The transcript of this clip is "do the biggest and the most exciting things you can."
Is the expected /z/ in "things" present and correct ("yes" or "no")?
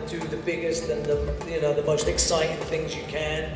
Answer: yes